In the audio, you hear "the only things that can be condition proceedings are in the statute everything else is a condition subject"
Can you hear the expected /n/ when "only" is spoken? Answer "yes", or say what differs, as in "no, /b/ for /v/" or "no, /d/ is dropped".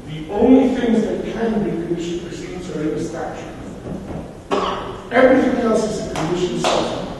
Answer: yes